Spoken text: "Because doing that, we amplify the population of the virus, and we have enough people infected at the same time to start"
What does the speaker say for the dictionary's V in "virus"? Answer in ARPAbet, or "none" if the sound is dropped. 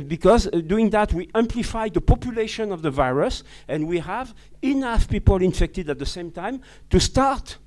V